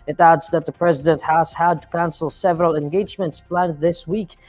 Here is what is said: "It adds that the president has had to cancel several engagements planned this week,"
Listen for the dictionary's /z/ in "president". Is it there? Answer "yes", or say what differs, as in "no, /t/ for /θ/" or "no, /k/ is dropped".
yes